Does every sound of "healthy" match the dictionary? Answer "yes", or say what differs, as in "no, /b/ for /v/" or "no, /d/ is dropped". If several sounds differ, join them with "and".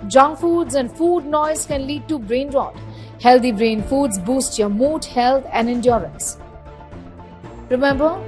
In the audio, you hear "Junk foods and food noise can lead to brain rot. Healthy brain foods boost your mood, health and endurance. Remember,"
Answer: no, /t/ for /θ/